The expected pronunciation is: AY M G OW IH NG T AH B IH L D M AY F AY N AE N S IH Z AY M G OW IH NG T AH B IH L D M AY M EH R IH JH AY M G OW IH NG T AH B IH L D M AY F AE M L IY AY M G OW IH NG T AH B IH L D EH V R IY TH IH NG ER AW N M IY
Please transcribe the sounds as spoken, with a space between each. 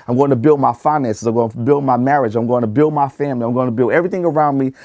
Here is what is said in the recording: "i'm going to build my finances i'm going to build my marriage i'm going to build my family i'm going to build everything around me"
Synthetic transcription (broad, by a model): AY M G OW IH NG T AH B IH L D M AY F AY N AE N S IH Z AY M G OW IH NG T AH B IH L D M AY M EH R IH JH AY M G OW IH NG T AH B IH L D M AY F AE M L IY AY M G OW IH T AH B IH L D EH V R IY TH IH NG ER AW N M IY